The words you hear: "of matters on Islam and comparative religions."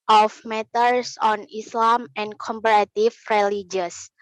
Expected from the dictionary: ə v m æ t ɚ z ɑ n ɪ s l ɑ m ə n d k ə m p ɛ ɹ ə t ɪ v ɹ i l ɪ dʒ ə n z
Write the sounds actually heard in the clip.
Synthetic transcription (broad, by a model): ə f m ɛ t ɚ s ɑ n ɪ s l ɑ m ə n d k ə m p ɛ ɹ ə t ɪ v ɹ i l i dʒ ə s